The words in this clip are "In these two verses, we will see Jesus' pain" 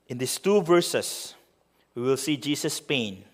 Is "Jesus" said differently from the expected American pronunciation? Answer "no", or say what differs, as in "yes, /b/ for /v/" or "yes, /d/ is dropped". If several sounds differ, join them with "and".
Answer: yes, /s/ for /z/